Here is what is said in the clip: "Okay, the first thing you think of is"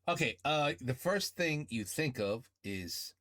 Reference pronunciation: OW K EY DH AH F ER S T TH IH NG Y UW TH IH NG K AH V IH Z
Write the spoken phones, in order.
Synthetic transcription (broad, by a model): OW K EY DH AH F ER S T TH IH NG Y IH TH IH NG K AH V IH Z